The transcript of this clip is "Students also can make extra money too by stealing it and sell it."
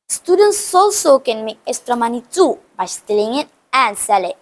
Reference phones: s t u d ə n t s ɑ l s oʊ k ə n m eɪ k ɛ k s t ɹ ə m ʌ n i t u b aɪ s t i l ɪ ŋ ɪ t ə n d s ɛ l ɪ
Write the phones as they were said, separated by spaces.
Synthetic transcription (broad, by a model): s t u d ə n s ɑ l s oʊ k ə n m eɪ ɛ s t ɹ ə m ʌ n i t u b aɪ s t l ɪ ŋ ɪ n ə n s ɛ l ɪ